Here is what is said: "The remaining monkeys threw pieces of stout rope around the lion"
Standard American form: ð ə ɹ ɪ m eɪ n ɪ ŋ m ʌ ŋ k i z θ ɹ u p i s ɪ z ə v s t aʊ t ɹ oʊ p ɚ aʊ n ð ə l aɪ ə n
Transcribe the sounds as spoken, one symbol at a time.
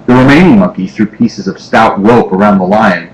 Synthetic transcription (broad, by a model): ð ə ɹ ɪ m eɪ n ɪ ŋ m ʌ ŋ k i θ ɹ u p i s ɪ z ə v s t aʊ t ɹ oʊ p ɚ aʊ n ð ə l aɪ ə n